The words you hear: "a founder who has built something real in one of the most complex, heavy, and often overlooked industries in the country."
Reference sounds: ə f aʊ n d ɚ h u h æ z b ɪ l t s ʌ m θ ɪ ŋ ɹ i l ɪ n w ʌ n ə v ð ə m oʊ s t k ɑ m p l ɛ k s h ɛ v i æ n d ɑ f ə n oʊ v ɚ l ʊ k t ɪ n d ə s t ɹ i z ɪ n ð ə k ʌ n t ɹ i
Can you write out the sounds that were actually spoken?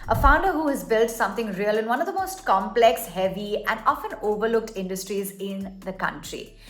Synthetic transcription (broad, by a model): ə f aʊ n d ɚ h u h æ z b ɪ l t s ʌ m t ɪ ŋ ɹ i l ɪ n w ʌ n ə v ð ə m oʊ s t k ɑ m p l ɛ k s h ɛ v i æ n d ɑ f ə n oʊ v ɚ l ʊ k t ɪ n d ə s t ɹ i z ɪ n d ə k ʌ n t ɹ i